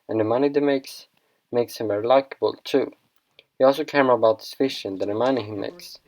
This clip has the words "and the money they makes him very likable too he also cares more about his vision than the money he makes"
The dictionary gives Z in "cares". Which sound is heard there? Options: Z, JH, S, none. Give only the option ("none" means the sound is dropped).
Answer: none